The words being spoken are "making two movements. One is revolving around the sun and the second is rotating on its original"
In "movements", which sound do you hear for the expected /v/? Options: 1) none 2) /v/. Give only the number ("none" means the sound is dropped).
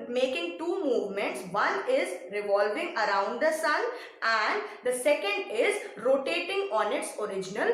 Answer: 2